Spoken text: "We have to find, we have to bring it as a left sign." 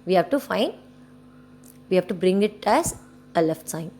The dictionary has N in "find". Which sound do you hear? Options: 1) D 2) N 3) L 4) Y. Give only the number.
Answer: 2